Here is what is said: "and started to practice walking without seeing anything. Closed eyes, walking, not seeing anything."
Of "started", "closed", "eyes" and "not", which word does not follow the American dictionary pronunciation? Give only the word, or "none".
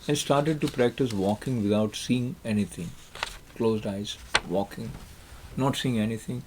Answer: none